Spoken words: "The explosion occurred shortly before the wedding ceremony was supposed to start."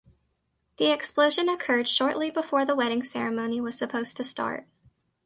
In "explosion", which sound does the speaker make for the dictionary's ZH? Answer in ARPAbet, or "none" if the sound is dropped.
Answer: ZH